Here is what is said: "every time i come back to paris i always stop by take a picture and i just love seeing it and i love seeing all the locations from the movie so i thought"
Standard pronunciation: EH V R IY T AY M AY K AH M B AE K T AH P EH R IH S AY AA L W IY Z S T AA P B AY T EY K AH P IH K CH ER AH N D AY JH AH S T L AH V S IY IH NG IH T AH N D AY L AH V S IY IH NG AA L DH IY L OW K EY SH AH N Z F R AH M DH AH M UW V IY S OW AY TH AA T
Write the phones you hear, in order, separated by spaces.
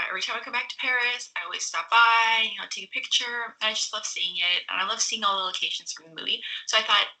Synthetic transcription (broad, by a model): EH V R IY T AY M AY K AH M B AE K T AH P EH R IH S AY AA L W IY Z S T AA P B AY T EY K AH P IH K CH ER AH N AY JH AH S T L AH V S IY IH NG IH T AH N AY L AH V S IY IH NG AA L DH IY L OW K EY SH AH N Z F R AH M DH AH M UW V IY S OW AY TH AA T